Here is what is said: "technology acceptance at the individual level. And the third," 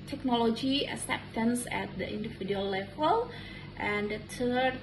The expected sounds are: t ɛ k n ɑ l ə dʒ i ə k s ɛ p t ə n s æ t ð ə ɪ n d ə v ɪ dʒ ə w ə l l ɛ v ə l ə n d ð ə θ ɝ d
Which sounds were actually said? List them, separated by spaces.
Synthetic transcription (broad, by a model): t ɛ k n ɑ l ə dʒ i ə s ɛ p t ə n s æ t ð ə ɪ n d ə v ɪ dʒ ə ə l l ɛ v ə l ə n d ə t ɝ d